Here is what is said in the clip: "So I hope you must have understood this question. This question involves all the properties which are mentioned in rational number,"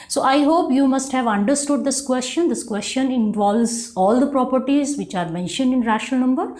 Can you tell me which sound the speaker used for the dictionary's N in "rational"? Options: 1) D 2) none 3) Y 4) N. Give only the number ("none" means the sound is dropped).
2